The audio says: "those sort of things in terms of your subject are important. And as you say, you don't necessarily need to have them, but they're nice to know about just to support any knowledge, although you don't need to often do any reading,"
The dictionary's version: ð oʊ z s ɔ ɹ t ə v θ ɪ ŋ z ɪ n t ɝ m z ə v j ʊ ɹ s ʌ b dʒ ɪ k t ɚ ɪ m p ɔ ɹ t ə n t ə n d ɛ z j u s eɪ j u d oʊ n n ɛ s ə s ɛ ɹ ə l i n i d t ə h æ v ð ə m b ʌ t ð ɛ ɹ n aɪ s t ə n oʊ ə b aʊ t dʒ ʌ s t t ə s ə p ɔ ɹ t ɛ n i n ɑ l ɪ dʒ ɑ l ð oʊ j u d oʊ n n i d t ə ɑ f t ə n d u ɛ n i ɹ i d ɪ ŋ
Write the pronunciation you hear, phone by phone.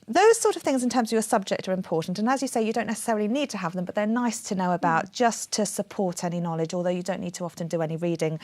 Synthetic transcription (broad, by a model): ð oʊ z s ɔ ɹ t ə v θ ɪ ŋ z ɪ n t ɝ m z ə v j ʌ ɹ s ʌ b dʒ ɪ k t ɚ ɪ m p ɔ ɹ t n t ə n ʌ z j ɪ s eɪ j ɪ d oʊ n n ɛ s ə s ɛ ɹ ə l i n i d t ə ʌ v ð ə m b ʌ t ð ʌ ɹ n aɪ s t ə n oʊ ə b aʊ t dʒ ʌ s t t ə s ə p ɔ ɹ t ɛ n i n ɑ l ɪ dʒ ɑ l ð oʊ j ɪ d oʊ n n i d t ə ɑ f t ə n d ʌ ɛ n i ɹ i d ɪ ŋ